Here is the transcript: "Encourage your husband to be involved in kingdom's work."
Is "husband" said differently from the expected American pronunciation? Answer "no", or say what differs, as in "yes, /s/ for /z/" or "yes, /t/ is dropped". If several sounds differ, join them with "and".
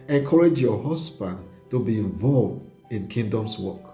yes, /s/ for /z/